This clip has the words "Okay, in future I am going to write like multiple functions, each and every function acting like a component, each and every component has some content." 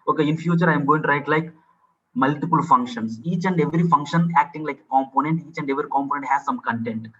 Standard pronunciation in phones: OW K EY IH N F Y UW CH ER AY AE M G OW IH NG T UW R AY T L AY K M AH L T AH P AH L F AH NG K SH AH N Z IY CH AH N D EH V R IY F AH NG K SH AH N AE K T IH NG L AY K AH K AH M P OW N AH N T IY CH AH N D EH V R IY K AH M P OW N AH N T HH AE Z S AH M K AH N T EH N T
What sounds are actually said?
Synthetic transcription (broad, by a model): OW K EY IH N F Y UW CH ER AY M G OW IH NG T UW R AY T L AY K M AH L T AH P AH L F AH NG K SH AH N S IY CH AH N D EH V R IY F AH NG K SH AH N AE K T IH NG L AY K AH K AH M P OW N AH N T IY CH AH N D EH V R IY K AH M P OW N AH N T HH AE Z S AH M K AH N T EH N T